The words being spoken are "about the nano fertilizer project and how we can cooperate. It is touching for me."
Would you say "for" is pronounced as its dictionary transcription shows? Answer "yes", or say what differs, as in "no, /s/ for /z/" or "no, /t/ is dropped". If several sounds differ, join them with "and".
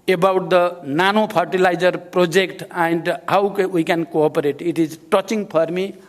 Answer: no, /p/ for /f/